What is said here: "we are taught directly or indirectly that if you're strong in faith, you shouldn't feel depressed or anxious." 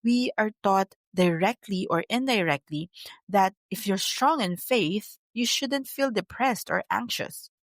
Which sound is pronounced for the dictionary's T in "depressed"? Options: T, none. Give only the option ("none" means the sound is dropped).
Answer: T